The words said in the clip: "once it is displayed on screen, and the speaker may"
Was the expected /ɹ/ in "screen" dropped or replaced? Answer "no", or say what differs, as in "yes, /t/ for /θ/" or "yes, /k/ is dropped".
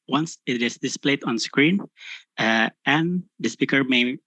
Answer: no